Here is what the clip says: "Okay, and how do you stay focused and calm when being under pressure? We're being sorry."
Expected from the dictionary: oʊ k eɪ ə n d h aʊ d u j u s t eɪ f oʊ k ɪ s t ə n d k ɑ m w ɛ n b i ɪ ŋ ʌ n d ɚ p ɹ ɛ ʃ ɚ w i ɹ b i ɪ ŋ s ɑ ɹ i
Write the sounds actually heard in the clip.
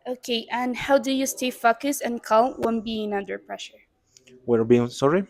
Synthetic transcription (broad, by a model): oʊ k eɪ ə n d h aʊ d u j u s t eɪ f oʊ k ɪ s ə n k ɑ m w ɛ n b i ɪ ŋ ʌ n d ɚ p ɹ ɛ ʃ ɚ w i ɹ b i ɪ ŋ s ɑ ɹ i